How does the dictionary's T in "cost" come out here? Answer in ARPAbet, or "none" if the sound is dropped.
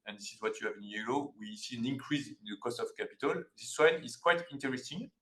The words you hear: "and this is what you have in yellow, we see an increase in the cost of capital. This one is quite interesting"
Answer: T